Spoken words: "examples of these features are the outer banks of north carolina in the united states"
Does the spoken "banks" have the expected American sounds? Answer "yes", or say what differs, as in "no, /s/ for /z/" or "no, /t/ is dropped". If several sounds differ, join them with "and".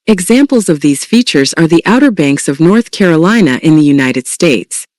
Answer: yes